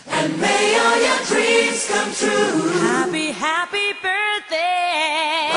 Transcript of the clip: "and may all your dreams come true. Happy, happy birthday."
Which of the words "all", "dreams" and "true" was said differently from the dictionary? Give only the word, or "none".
dreams